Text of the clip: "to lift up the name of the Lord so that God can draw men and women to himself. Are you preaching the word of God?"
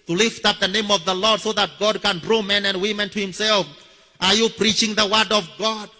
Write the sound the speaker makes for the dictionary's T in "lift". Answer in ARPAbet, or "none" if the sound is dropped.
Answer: T